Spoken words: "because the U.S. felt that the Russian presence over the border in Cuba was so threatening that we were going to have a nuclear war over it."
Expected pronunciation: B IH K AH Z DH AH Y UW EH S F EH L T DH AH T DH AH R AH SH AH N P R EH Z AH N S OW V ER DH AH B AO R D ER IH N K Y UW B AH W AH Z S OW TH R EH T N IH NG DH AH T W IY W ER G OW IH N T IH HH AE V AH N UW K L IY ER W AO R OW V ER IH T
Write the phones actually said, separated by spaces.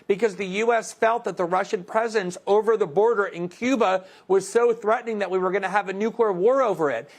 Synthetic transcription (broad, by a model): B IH K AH Z DH AH Y UW EH S F EH L T DH AH T DH AH R AH SH AH N P R EH Z AH N S OW V ER DH AH B AO R D ER IH N K Y UW B AH W AH Z S OW TH R EH T N IH NG DH AH T W IY W ER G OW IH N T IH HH V AH N UW K L IY ER W AO R OW V ER IH T